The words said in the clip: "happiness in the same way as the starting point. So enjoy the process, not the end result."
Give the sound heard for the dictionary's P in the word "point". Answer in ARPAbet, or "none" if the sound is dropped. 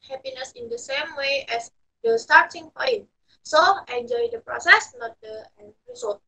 F